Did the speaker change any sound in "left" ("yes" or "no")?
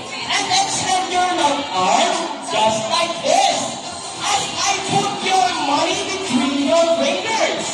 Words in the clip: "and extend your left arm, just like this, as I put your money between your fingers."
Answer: yes